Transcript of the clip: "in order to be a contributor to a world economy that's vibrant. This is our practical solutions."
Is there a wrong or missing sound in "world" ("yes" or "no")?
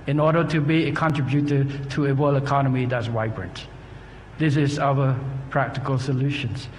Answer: yes